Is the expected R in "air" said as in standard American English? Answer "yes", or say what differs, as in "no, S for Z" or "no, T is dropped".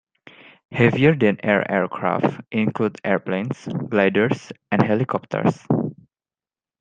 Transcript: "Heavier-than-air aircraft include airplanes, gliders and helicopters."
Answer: yes